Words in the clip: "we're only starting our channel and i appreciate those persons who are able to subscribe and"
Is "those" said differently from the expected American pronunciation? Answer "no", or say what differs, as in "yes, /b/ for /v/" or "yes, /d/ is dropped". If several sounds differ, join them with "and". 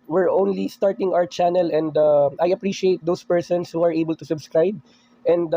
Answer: yes, /s/ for /z/